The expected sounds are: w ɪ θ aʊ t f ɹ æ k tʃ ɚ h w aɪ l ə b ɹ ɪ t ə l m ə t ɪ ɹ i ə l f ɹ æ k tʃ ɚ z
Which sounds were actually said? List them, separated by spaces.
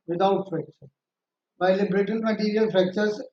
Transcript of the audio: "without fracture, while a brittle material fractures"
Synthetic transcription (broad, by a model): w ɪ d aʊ t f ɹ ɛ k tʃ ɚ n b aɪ l ə b ɹ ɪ t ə n m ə t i ɹ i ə l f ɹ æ k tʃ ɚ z